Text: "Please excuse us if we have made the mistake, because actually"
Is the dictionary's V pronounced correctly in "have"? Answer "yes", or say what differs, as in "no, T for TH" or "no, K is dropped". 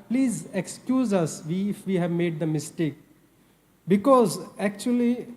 yes